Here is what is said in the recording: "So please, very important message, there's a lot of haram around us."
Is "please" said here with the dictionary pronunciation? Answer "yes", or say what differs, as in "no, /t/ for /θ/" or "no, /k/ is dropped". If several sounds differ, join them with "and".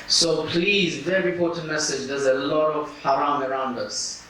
yes